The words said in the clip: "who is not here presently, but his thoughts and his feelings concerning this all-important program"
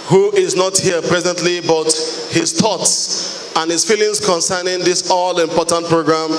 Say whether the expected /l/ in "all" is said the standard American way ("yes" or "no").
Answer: yes